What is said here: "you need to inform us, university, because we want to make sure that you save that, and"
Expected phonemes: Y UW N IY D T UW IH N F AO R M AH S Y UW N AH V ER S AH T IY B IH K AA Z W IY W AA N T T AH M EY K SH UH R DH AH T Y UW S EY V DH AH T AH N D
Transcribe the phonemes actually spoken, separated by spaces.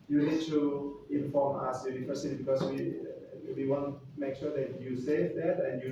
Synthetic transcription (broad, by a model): Y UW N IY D T UW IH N F AO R M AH S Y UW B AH F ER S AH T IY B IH K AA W W IY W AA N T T M EY K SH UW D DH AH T Y UW S EY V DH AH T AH N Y